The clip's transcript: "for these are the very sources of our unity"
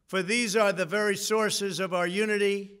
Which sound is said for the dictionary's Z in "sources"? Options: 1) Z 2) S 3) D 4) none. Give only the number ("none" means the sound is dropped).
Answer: 1